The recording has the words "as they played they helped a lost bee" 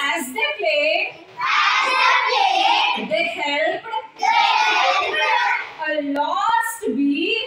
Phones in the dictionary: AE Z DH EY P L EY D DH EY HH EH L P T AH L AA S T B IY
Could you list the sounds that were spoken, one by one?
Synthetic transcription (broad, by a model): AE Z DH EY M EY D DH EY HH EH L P AH L AA S T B IY